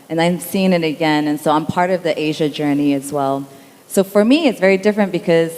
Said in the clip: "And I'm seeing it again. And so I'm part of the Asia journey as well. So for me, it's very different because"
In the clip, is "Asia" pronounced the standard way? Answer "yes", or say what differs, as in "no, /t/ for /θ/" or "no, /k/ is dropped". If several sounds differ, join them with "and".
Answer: yes